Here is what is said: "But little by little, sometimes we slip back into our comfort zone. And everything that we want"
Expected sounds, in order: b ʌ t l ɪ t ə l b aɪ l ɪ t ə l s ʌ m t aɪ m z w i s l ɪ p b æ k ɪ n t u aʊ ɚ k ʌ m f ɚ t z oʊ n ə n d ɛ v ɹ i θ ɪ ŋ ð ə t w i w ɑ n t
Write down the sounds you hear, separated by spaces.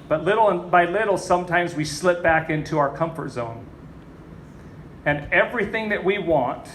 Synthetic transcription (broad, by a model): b ʌ t l ɪ t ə n b aɪ l ɪ t l s ʌ m t aɪ m z w i s l ɪ p b æ k ɪ n t u aʊ ɚ k ʌ m f ɚ t z oʊ n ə n ɛ v ɹ i θ ɪ ŋ ð ə t w i w ɑ n t